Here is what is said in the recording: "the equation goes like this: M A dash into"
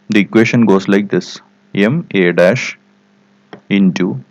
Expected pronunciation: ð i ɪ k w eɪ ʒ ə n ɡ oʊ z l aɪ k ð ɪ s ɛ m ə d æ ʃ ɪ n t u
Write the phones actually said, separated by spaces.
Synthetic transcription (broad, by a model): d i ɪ k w eɪ ʃ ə n ɡ oʊ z l aɪ k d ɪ s ɛ m ə d æ ʃ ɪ n t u